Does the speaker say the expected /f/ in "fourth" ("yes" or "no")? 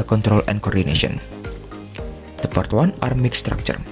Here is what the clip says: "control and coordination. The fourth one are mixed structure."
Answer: no